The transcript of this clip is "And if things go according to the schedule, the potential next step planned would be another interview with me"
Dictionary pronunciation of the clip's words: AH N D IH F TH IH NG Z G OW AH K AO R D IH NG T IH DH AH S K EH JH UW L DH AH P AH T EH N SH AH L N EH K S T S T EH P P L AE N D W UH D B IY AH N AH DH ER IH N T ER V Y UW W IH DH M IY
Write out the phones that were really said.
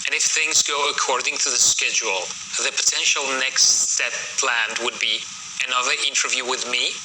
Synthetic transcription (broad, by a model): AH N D IH F TH IH NG Z G OW AH K AO R D IH NG T IH DH AH S K EH JH UW L DH AH P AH T EH N SH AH L N EH K S T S EH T P L AE N D W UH D B IY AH N AH DH ER IH N T ER V Y UW W IH DH M IY